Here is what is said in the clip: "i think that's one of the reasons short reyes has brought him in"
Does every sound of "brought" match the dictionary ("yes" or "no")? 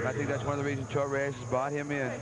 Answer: no